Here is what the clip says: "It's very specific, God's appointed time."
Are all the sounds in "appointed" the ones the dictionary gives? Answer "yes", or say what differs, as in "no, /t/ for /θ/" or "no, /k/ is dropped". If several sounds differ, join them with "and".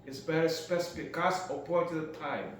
no, /n/ is dropped